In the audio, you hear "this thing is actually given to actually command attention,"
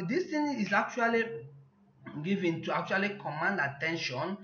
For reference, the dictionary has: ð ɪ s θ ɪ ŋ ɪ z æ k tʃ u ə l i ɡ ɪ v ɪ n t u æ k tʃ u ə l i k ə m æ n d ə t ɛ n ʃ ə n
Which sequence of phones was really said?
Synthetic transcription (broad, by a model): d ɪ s t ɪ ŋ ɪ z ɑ k tʃ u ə l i ɡ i v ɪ n t u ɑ k tʃ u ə l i k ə m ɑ n d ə t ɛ n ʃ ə n